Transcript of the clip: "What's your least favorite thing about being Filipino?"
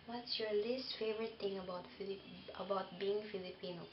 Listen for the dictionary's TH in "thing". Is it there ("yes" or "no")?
no